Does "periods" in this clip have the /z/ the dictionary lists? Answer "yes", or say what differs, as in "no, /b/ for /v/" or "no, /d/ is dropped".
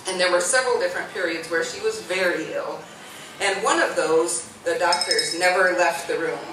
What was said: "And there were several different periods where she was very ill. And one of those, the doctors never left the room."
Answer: yes